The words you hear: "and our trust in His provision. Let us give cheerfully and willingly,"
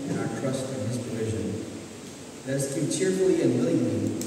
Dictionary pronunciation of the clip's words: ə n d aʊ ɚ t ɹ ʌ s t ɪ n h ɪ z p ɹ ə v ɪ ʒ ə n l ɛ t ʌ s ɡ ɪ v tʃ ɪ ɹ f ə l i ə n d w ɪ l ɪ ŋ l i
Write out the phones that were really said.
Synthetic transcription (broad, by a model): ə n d aʊ ɚ t ɹ ʌ s t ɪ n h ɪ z p ɹ ə v ɪ ʒ ə n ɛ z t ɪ tʃ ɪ ɹ f l i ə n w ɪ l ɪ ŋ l i